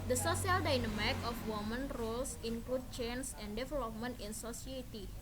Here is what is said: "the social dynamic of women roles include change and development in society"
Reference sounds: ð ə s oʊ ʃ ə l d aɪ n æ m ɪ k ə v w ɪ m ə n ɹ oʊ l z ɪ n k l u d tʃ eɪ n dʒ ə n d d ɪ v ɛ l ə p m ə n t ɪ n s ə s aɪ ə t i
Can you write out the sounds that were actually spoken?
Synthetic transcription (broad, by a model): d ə s oʊ s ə l d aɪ n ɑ m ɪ k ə f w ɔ m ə n ɹ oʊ l s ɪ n k l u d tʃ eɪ n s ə n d d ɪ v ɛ l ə p m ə n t ɪ n s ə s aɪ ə t i